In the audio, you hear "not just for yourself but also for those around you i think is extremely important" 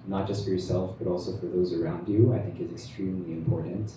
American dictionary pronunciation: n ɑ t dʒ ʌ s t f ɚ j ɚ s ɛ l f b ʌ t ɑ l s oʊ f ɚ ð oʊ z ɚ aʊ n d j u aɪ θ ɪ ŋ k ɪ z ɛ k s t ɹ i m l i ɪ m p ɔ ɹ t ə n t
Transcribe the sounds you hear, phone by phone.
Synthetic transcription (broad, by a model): n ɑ t dʒ ʌ s t f ɚ j ɚ s ɛ l f b ʌ t ɑ l s oʊ f ɚ ð oʊ z ɚ aʊ n d j u aɪ θ ɪ ŋ k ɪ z ɛ k s t ɹ i m l i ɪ m p ɔ ɹ t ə n t